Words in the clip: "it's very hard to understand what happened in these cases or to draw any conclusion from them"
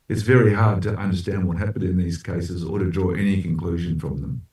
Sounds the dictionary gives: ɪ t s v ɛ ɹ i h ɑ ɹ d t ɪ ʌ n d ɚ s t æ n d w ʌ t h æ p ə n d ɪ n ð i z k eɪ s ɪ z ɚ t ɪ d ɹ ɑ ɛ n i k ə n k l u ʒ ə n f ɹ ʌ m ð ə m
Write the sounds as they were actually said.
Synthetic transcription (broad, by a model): ɪ t s v ɛ ɹ i h ɑ ɹ d t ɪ ʌ n d ɚ s t æ n d w ʌ t h æ p ə n d ɪ n ð i z k eɪ s ɪ z ɚ t ɪ d ɹ ɑ ɛ n i k ə n k l u ʒ ə n f ɹ ʌ m ð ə m